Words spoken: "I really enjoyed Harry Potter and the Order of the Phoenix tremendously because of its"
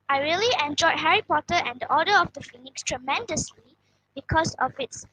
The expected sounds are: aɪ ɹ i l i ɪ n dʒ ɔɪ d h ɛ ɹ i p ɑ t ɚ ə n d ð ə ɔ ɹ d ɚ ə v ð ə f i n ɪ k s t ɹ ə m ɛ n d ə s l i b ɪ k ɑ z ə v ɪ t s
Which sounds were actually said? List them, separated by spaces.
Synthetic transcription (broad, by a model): aɪ ɹ i l i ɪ n dʒ ɔɪ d h ɛ ɹ i p ɑ t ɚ ə n d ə ɔ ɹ d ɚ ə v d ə f i n ɪ k s t ɹ ə m ɛ n d ə s l i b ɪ k ɑ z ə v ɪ t s